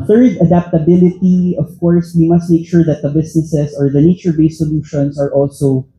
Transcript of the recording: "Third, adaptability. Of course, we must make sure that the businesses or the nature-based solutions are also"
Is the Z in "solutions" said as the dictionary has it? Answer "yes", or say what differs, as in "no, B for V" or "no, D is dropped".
no, S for Z